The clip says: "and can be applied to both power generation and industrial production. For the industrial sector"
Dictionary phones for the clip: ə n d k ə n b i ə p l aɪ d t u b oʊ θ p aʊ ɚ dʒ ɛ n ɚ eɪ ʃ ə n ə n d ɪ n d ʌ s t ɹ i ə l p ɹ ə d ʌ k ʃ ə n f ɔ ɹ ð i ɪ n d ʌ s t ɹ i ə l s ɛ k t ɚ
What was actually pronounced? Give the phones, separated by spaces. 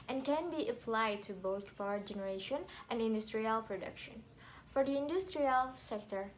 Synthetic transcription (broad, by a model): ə n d k ə n b i ə p l aɪ d t u b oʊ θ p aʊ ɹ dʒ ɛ n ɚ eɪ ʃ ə n ə n d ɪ n d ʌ s t ɹ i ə l p ɹ ə d ʌ k ʃ ə n f ɔ ɹ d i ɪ n d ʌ s t ɹ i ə l s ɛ k t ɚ